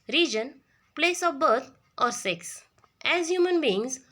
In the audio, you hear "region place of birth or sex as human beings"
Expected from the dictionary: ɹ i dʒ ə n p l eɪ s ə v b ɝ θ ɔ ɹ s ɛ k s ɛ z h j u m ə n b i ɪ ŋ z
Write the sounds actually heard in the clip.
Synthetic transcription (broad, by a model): ɹ i dʒ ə n p l eɪ s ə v b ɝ t ɔ ɹ s ɛ k s ɛ z h j u m ə n b i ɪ ŋ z